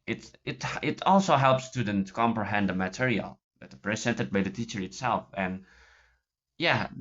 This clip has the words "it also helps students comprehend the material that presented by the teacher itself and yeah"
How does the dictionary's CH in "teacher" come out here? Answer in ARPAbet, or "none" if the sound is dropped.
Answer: CH